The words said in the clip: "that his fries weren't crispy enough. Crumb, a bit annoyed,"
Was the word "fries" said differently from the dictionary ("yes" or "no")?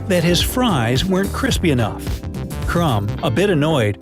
no